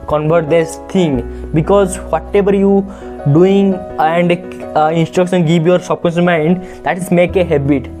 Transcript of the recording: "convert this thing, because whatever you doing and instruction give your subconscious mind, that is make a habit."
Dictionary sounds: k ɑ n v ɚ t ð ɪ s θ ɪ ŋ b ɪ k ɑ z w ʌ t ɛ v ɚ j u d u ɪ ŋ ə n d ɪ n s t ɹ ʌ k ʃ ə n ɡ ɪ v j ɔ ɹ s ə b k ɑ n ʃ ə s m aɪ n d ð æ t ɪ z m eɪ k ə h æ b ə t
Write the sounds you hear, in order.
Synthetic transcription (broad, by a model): k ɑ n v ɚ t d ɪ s t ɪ ŋ b ɪ k ɑ z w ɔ t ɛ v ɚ j u d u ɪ ŋ ə n d ɪ n s t ɹ ʌ k ʃ ə n ɡ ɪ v j ɔ ɹ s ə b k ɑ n s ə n m aɪ n d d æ t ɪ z m eɪ k ə h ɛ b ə t